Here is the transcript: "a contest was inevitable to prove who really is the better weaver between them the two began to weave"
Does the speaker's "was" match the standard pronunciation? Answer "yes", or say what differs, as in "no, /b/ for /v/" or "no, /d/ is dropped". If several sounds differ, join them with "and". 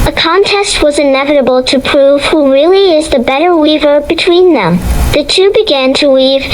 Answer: yes